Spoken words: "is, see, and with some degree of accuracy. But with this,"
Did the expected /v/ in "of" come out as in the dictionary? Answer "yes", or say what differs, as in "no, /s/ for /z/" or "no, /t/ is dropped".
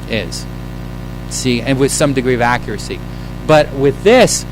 yes